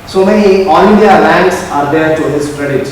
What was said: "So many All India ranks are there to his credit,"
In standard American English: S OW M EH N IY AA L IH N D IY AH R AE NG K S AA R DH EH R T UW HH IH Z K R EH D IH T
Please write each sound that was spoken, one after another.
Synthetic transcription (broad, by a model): S OW M EH N IY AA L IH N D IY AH L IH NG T S AA R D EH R T UW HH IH S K R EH D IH T